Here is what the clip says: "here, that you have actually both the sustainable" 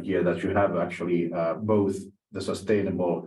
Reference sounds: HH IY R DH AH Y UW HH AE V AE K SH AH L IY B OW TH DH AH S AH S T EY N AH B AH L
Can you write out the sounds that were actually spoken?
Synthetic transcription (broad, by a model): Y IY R DH AH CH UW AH V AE K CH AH L IY B OW TH DH AH S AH S T EY N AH B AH L